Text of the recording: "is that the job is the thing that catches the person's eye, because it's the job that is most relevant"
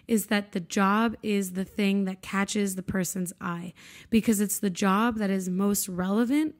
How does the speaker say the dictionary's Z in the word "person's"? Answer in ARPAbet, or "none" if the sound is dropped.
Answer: Z